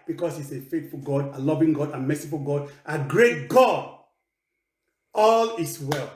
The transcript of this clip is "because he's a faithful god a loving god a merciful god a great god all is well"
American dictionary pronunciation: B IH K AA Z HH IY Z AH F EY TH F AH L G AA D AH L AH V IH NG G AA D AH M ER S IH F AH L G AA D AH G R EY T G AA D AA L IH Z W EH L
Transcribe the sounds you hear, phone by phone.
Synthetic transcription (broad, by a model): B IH K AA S HH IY S AH F EY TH F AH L G AA D AH L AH V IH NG G AA D AH M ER S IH F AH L G AA D AH G R EY T G AA D AA L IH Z W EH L